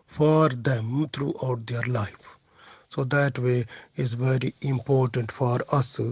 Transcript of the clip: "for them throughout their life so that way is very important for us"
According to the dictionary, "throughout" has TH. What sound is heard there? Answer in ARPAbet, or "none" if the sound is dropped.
T